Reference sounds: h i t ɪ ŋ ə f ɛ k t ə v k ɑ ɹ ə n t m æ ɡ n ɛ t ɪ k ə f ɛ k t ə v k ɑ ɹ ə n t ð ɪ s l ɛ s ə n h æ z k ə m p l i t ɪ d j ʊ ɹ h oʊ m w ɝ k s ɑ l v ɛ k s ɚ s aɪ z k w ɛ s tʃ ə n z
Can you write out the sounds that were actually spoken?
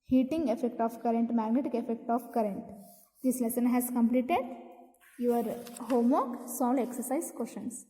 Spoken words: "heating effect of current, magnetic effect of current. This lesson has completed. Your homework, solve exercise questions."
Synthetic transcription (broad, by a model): h i t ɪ ŋ ə f ɛ k t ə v k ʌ ɹ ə n t m æ ɡ n ɛ t ɪ k ə f ɛ k t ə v k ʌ ɹ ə n t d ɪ s l ɛ s ə n h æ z k ə m p l i t ɪ d j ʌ ɹ h oʊ m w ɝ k s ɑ l ɛ k s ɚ s aɪ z k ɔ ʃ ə n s